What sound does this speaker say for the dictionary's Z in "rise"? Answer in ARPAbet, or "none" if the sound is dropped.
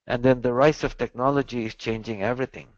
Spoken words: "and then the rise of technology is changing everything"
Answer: S